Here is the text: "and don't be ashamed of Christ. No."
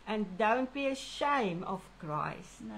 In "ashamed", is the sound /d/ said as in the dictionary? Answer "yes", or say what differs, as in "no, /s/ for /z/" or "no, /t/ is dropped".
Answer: no, /d/ is dropped